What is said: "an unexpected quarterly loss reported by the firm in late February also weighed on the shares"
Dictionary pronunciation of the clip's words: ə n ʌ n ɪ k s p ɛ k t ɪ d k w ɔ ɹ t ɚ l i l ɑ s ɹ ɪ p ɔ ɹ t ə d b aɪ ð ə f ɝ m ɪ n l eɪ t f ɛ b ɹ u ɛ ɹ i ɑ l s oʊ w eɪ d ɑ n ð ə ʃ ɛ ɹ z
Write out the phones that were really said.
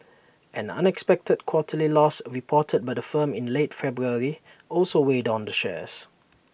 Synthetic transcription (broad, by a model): ə n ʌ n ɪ k s p ɛ k t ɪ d k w ɔ t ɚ l i l ɑ s ɹ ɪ p ɔ t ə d b aɪ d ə f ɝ m ɪ n l eɪ t f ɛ b ɹ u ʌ ɹ i ɑ l s oʊ w eɪ d ɑ n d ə ʃ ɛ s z